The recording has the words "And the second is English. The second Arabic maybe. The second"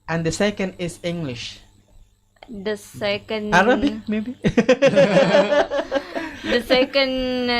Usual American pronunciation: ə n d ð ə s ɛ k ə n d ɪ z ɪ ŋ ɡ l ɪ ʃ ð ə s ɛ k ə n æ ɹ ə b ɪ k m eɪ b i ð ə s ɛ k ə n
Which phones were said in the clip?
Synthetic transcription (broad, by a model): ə n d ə s ɛ k ə n d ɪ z ɪ ŋ ɡ l ɪ ʃ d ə s ɛ k ə n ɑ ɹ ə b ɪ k m eɪ b i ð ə s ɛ k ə n